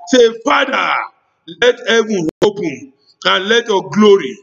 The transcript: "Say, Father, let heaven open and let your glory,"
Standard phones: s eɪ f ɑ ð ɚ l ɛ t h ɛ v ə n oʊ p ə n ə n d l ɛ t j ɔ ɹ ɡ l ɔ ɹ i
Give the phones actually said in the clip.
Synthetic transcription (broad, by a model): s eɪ f ɑ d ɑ l ɛ t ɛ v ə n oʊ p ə ə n l ɛ t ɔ ɡ l ɔ ɹ i